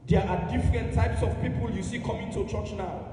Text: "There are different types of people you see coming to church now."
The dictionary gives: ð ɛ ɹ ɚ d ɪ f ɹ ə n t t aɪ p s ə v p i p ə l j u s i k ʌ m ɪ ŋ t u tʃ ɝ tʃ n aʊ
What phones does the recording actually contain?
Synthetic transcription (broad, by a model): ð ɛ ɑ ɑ d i f ɹ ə n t t aɪ p s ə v p i p ə l j u s i k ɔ m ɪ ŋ t u tʃ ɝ tʃ n aʊ